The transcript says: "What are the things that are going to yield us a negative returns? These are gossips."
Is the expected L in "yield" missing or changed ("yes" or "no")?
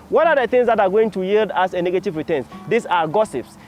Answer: no